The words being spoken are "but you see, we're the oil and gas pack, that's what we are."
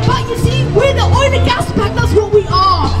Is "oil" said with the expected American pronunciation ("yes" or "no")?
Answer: no